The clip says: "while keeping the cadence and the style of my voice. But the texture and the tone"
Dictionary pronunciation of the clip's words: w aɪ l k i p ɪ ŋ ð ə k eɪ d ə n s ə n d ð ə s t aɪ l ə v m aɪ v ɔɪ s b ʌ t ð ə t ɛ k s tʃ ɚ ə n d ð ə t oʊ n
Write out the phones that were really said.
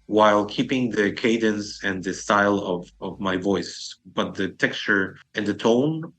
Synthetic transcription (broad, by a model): w aɪ l k i p ɪ ŋ ð ə k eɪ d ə n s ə n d ð ə s t aɪ l ə v m aɪ v ɔɪ s b ʌ t ð ə t ɛ k s tʃ ɚ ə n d ð ə t oʊ n